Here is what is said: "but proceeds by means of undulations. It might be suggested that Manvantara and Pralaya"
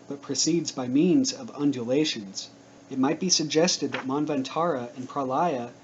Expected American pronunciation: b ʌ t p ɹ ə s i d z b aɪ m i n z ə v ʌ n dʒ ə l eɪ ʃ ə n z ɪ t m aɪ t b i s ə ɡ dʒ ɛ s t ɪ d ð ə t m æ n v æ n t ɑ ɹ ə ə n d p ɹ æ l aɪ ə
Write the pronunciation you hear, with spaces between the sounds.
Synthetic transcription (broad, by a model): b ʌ t p ɹ ə s i d z b aɪ m i n z ə v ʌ n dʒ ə l eɪ ʃ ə n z ɪ t m aɪ t b i s ə ɡ dʒ ɛ s t ɪ d ð ə t m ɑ n v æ n t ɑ ɹ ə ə n p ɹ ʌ l aɪ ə